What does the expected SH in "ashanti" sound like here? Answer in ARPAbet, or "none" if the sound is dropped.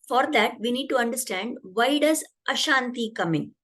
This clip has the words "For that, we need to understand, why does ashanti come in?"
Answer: SH